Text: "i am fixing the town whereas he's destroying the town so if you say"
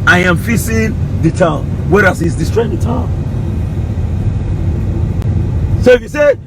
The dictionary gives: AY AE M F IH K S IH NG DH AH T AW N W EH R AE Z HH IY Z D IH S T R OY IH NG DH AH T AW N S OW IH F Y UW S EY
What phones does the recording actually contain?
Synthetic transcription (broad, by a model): AY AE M F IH S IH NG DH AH T AW N W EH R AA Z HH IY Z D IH S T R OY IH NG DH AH T AW N S OW IH F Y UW S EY